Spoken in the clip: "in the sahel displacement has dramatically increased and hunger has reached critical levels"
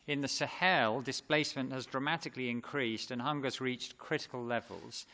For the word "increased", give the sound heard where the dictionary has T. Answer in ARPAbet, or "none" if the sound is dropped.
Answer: T